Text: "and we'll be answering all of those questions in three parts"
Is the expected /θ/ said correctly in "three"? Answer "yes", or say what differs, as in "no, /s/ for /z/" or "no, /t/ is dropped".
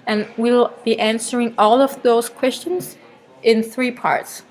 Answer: yes